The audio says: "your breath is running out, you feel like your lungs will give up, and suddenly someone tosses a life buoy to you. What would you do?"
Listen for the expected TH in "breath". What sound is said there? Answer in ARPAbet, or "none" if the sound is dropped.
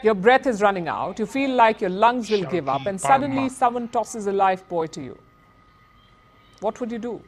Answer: T